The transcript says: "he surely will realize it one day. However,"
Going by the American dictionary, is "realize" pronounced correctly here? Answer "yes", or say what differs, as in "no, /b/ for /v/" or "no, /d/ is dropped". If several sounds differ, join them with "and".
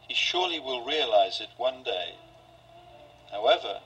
yes